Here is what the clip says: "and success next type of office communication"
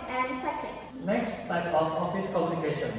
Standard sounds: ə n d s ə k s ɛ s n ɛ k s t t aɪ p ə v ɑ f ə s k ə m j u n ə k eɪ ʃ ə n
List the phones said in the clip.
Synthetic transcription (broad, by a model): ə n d s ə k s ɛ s n ɛ k s t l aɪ b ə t ɑ f ə s k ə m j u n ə k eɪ ʃ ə n